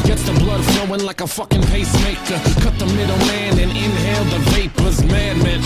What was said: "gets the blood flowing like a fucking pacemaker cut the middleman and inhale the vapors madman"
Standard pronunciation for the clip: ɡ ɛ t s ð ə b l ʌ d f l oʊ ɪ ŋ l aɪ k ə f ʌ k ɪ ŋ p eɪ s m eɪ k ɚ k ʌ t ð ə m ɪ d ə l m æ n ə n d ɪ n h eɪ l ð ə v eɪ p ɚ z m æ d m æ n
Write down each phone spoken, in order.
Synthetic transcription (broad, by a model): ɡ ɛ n s ð ə b l ʌ d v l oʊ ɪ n l aɪ k ə f ʌ k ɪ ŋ p eɪ s m eɪ k ɚ k ʌ t ð ə m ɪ d l m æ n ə n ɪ n h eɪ l ð ə v eɪ p ɚ z m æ d m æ n